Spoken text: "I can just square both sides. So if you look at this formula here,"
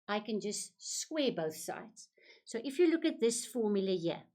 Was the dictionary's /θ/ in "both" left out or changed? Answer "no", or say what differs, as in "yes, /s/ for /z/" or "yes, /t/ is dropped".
no